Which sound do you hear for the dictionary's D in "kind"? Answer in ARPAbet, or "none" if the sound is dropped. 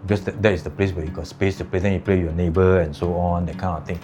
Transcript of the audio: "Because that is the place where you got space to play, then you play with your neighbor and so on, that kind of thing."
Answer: none